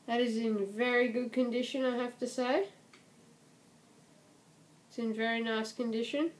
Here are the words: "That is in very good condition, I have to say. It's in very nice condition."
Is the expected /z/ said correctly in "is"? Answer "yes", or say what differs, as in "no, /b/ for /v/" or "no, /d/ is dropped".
yes